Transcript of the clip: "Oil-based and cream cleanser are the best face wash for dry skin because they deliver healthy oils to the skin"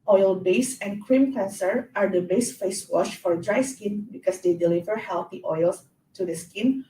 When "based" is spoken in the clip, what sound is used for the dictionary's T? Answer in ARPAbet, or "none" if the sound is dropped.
none